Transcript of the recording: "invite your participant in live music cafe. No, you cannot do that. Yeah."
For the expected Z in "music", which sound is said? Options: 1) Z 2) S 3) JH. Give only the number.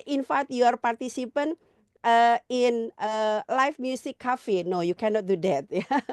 2